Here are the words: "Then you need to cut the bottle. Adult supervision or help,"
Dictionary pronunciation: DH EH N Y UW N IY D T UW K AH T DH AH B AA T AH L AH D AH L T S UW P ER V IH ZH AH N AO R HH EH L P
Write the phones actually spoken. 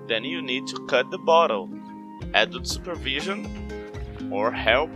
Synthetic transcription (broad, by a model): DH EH N Y UW N IY D T UW K AH T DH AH B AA T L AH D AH T S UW P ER V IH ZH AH N AO R HH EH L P